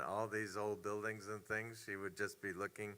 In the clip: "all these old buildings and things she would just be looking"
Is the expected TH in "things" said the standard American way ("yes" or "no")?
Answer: yes